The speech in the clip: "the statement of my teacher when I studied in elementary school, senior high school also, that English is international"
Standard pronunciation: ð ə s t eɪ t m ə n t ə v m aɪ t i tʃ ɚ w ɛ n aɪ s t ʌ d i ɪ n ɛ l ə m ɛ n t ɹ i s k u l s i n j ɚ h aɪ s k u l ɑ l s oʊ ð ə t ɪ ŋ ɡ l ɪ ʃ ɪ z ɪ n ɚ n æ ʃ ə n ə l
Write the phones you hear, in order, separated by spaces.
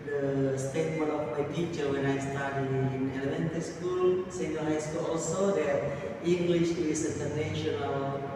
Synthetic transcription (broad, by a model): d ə s t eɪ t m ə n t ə f m aɪ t i tʃ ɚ w ɛ n aɪ s t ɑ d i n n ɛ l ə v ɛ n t i s k u l s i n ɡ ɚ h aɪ s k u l ɑ l s oʊ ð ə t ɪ ŋ ɡ l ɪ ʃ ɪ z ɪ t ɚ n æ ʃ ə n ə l